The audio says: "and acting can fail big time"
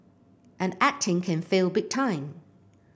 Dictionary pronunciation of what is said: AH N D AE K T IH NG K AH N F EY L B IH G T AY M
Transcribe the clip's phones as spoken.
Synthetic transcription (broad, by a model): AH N AE K T IH NG K AH N F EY L B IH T T AY M